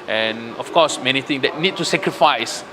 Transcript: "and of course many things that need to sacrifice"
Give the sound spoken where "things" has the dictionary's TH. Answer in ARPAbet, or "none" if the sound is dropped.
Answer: T